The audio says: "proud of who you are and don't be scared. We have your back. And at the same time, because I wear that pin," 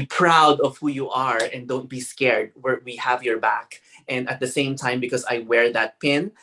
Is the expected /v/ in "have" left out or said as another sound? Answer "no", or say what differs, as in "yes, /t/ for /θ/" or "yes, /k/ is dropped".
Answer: no